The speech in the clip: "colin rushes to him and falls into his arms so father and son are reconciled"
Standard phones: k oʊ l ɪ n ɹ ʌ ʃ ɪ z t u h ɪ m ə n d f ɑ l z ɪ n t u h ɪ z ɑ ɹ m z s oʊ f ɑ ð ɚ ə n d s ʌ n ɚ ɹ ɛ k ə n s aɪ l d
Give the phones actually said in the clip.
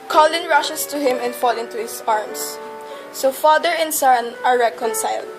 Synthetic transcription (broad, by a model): k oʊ l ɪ n ɹ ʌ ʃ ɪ s t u h ɪ m ə n d f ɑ l ɪ n t u h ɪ s ɑ ɹ m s s oʊ f ɑ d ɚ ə n s ʌ n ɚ ɹ ɛ k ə n s aɪ l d